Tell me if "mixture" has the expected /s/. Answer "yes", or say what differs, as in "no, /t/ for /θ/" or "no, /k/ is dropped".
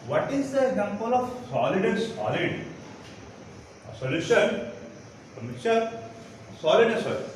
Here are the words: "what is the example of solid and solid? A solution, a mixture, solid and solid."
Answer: no, /s/ is dropped